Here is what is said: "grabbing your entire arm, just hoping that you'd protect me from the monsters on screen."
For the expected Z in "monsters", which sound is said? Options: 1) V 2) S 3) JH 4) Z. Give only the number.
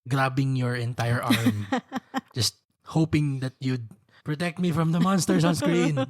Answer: 2